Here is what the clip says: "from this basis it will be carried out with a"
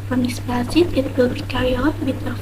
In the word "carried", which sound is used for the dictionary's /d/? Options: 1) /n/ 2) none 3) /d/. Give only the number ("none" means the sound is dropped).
2